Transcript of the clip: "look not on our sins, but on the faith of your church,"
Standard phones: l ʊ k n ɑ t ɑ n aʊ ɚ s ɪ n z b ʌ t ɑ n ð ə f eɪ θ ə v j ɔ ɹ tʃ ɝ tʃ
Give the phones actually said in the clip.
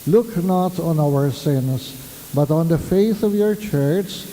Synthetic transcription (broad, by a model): l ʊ k n ɑ t n aʊ ɚ s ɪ n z b ʌ t n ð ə f eɪ θ ə v j ɔ ɹ tʃ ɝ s